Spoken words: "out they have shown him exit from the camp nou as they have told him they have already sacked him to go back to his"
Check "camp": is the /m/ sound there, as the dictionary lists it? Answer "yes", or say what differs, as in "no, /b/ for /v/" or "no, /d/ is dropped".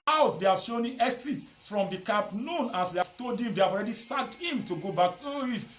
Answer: no, /m/ is dropped